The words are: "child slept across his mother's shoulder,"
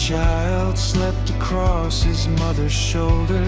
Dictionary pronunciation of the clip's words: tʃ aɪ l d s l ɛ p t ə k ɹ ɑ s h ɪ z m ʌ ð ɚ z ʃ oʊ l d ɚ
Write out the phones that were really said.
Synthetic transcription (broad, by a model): tʃ aɪ l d s l ɛ p t ə k ɹ ɑ s h ɪ z m ʌ ð ɚ z ʃ oʊ l d ɚ